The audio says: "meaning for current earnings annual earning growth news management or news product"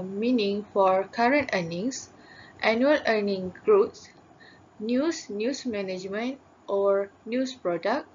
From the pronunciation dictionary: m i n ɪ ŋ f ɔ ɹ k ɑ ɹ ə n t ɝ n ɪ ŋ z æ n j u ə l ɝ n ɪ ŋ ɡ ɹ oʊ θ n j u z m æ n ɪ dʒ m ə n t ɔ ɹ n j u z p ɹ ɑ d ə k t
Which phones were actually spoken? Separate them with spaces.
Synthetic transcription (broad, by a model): m i n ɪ ŋ f ɔ ɹ k ɑ ɹ ə n t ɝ n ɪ ŋ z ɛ n j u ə l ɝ n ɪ ŋ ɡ ɹ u s n j u s m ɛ n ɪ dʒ m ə n t ɔ ɹ n j u s p ɹ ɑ d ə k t